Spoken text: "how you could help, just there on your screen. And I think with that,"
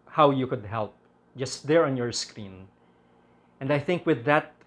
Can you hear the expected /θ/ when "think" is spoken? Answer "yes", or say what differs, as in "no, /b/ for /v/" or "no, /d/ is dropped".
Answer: yes